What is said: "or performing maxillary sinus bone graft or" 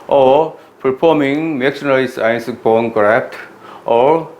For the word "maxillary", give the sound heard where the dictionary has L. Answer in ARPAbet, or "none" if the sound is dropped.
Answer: N